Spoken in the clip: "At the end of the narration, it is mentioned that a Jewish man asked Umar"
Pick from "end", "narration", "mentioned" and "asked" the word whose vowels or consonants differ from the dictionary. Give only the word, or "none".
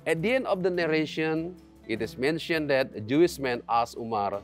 asked